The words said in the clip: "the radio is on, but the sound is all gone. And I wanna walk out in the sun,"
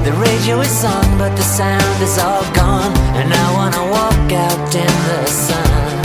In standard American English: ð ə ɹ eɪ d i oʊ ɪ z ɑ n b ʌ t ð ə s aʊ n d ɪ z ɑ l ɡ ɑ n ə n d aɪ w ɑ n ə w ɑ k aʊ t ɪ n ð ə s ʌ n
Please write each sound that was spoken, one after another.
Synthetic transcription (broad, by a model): ð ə ɹ eɪ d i oʊ ɪ z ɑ n b ʌ t ð ə s aʊ n d ɪ z ɑ l ɡ ɑ n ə n aɪ w ɑ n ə w ɑ k aʊ t ɪ n ð ə s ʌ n